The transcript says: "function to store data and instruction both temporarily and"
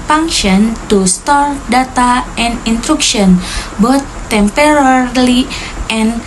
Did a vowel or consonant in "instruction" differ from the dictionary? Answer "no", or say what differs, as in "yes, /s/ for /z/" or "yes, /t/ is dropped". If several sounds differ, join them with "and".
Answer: yes, /s/ is dropped